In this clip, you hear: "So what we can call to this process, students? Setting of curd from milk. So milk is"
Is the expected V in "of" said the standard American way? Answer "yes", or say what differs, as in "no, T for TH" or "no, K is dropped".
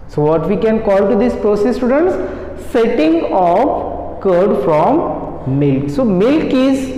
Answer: no, P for V